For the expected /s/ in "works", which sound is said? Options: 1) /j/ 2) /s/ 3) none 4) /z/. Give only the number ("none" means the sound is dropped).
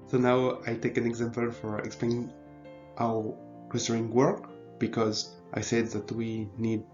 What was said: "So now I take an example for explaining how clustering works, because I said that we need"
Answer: 3